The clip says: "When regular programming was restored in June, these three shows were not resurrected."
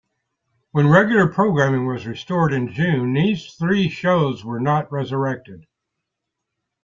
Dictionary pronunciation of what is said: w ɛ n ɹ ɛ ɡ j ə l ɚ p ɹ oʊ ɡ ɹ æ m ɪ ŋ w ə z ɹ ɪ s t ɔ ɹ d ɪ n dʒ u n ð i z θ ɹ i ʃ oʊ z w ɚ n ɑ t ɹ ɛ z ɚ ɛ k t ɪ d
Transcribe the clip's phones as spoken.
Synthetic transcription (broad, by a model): w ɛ n ɹ ɛ ɡ j l ɚ p ɹ oʊ ɡ ɹ æ m ɪ ŋ w ə z ɹ ɪ s t ɔ ɹ d ɪ n dʒ u n ð i z θ ɹ i ʃ oʊ z w ɚ n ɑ t ɹ ɛ z ɚ ɛ k t ɪ d